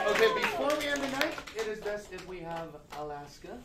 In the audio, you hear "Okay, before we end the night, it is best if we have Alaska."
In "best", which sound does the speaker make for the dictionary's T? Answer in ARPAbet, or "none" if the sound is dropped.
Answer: none